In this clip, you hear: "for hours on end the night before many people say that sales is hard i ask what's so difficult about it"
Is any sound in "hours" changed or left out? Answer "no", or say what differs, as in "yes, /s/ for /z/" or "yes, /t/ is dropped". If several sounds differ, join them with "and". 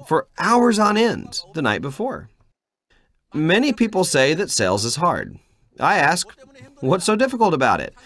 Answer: no